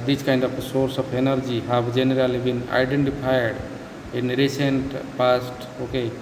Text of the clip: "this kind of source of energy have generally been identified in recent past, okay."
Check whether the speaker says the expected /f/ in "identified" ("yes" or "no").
no